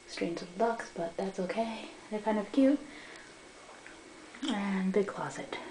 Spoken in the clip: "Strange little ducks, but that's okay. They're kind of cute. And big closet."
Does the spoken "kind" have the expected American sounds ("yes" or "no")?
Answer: yes